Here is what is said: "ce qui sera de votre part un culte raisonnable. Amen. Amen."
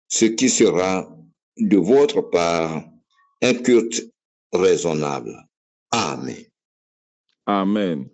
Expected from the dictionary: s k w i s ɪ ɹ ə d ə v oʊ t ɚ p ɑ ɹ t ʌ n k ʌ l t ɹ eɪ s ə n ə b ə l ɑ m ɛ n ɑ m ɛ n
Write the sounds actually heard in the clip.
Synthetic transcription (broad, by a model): s k i s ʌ ɹ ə d ə v oʊ t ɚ p ɑ ɹ ɛ k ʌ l t ɹ eɪ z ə n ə b l ɑ m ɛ ɑ m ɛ n